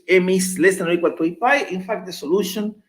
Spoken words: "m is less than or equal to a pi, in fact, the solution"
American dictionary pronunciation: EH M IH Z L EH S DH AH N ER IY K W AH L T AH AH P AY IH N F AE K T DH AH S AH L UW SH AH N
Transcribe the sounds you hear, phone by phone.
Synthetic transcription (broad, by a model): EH M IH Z L EH S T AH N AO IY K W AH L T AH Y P AY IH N F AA K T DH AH S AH L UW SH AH N